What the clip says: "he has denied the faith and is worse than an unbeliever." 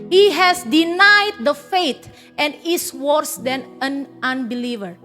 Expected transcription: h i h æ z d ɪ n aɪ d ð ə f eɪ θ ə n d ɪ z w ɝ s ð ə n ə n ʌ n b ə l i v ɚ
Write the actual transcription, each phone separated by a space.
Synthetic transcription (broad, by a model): h i h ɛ s d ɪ n aɪ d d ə f eɪ t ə n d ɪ s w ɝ s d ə n ə n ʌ n b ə l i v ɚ